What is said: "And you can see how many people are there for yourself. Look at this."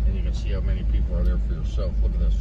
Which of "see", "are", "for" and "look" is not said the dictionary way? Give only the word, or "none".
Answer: look